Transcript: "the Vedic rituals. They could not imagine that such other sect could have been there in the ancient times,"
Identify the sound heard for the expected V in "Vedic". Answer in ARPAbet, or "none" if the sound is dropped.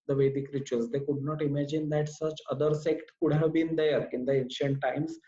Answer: V